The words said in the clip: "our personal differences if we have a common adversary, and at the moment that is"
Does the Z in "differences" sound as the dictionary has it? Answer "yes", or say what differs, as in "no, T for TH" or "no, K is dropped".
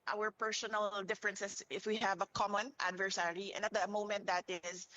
no, S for Z